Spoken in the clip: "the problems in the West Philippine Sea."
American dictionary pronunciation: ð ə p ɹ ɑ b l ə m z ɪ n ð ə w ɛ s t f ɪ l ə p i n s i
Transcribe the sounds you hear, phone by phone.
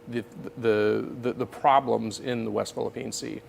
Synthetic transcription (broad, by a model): ð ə p ɹ ɑ b l ə m z ɪ n ð ə w ɛ s t f ɪ l ə p i n s i